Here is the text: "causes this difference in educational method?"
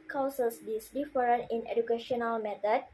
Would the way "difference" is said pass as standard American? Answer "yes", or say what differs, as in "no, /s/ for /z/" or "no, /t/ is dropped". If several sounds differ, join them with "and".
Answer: no, /s/ is dropped